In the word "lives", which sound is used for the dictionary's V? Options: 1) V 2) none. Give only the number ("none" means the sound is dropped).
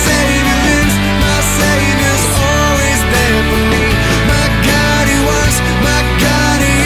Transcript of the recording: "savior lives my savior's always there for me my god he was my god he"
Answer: 2